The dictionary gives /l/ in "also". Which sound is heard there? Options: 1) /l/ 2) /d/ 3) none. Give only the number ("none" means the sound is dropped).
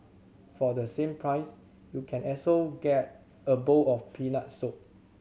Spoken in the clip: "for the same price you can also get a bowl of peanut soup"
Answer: 3